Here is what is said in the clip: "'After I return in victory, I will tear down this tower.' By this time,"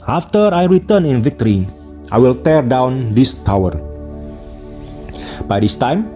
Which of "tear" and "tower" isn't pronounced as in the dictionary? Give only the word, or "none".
none